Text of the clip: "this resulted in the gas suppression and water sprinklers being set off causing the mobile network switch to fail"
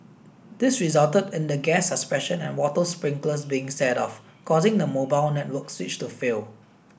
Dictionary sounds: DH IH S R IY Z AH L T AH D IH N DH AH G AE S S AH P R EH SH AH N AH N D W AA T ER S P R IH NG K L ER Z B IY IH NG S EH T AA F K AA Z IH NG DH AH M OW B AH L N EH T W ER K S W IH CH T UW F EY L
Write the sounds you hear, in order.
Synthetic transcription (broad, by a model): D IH S R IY Z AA L T AH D IH N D AH G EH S S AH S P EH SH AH N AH N W AA T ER S P R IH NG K L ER S B IY IH NG S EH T AA F K AA Z IH NG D AH M OW B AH L N EH T W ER K S W IH CH T UW F EY L